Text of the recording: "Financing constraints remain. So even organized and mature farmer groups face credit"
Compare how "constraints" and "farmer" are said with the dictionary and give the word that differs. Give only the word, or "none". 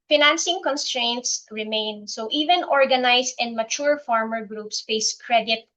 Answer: none